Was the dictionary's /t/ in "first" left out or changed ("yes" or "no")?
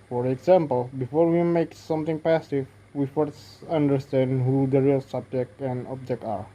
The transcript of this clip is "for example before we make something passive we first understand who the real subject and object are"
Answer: yes